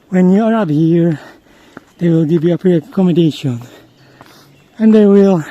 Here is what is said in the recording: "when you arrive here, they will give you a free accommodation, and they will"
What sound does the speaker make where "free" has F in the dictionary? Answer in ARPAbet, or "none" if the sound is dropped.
P